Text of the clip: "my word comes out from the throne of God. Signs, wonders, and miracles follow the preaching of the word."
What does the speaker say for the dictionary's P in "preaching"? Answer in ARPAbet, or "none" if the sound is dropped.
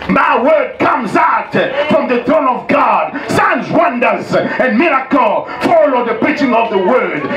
B